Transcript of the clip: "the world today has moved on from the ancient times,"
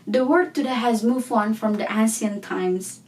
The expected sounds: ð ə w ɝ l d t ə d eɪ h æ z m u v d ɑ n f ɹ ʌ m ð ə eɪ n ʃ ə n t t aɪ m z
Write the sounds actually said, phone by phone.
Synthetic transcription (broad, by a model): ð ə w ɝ d t ə d eɪ h æ z m u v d ɑ n f ɹ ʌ m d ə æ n s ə n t t aɪ m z